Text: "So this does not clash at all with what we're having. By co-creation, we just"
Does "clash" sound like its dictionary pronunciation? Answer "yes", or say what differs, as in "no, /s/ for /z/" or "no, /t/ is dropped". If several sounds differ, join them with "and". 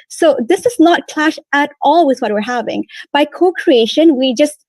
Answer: yes